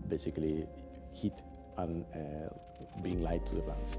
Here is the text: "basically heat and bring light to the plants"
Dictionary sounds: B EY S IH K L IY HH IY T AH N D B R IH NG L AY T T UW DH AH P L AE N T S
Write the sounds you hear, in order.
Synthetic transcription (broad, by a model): B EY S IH K L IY HH IY T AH N B IY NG L AY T T UW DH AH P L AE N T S